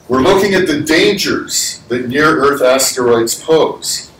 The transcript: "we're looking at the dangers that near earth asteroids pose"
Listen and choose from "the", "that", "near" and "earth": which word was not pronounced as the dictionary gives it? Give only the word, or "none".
none